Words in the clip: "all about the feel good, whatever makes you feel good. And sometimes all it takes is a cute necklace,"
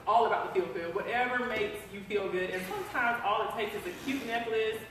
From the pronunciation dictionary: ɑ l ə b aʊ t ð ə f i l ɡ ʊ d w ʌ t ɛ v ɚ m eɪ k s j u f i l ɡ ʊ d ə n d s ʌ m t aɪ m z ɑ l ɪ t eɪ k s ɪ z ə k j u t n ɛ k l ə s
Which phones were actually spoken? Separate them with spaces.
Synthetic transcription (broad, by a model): ɑ l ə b aʊ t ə f i l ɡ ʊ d w ʌ t ɛ v ɚ m eɪ k s j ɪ f i l ɡ ʊ d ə n s ʌ m t aɪ m z ɑ l ɪ t eɪ k s ɪ z ə k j u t n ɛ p l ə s